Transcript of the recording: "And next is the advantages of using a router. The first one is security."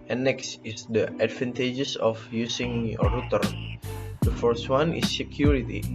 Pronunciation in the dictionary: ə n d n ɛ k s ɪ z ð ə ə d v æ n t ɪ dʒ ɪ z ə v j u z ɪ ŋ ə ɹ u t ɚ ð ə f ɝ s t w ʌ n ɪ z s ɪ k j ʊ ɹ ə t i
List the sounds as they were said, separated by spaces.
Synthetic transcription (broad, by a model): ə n n ɛ k s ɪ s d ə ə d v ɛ n t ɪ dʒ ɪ s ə f j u s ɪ ŋ ə ɹ u t ɚ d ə f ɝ s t w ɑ n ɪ s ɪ k j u ɹ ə t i